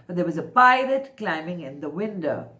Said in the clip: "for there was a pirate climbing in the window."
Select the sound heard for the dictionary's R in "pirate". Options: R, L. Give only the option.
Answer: L